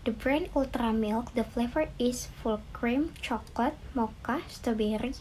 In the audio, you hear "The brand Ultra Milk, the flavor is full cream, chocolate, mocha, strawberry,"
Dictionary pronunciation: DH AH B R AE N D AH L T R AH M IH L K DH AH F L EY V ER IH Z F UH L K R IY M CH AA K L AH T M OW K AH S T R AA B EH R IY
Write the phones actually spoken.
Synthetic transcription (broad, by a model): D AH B R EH N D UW L T R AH M IH L K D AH F L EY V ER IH S F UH L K R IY M CH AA K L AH T M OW K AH S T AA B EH R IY